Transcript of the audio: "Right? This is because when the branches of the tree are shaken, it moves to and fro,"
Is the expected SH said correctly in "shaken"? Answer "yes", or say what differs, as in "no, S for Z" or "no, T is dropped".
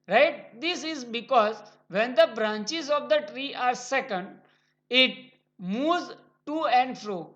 no, S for SH